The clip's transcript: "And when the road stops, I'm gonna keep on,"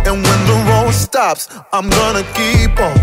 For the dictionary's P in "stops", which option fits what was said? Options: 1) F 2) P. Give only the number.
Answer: 2